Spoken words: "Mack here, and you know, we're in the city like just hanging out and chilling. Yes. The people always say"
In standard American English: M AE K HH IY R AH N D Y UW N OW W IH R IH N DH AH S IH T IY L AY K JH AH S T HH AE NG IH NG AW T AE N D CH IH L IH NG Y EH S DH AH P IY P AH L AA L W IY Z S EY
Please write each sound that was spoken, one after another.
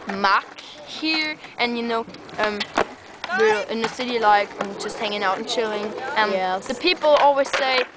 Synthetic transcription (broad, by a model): M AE K HH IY R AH N Y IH N OW W IH R IH N DH AH S IH T IY L AY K JH AH S T HH AE NG IH NG AW T N CH IH L IH NG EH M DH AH P IY P L AA L W IY Z S EY